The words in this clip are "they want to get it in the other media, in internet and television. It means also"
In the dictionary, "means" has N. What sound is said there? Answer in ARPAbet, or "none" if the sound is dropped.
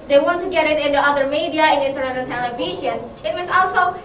none